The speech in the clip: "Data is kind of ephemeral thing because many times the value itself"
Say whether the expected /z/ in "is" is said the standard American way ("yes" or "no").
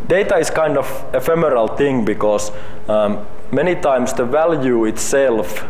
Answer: no